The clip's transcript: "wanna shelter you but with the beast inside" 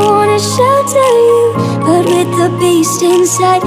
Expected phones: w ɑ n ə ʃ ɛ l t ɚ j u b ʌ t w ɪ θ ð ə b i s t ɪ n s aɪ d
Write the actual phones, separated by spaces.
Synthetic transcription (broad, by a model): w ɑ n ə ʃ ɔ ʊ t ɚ j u b ʌ t w ɪ ð ə b i s t ɪ n s aɪ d